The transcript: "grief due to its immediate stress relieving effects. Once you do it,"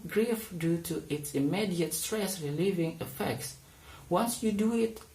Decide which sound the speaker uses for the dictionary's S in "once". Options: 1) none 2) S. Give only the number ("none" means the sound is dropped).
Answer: 2